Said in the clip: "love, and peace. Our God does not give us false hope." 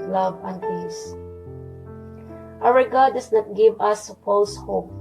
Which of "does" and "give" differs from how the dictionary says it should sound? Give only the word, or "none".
does